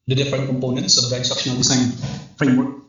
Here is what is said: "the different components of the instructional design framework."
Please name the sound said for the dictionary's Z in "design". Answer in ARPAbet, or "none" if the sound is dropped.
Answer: S